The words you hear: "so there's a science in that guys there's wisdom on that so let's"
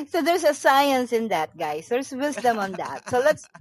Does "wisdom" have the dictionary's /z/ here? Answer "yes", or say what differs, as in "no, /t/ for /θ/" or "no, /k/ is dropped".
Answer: no, /s/ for /z/